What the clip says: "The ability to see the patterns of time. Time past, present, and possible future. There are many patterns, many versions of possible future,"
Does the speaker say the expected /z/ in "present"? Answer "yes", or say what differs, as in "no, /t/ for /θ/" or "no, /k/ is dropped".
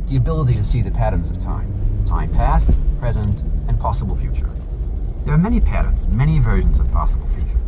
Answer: yes